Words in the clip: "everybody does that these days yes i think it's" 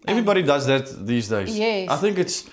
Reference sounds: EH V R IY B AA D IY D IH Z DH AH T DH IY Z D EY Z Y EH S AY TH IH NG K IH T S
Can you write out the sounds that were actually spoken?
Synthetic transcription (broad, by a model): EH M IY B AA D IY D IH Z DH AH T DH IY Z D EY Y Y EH AY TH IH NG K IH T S